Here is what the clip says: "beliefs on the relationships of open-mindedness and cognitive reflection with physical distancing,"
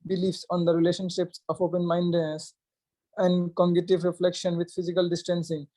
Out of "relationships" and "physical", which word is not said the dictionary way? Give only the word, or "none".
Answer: none